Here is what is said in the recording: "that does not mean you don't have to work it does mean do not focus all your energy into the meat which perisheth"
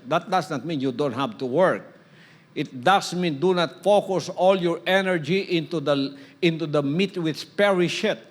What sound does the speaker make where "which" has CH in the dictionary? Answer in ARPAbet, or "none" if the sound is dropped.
S